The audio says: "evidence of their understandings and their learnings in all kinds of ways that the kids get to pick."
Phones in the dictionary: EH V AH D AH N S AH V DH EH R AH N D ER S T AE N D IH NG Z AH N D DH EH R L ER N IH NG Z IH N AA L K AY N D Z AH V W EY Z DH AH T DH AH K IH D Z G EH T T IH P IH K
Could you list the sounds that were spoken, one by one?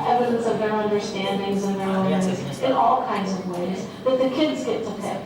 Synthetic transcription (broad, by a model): EH V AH D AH N S AH V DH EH R AH N D ER S T AE N D IH NG Z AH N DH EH R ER IH Z IH N AA L K AY N D Z AH V W EY Z DH AH T DH AH K IH D Z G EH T T IH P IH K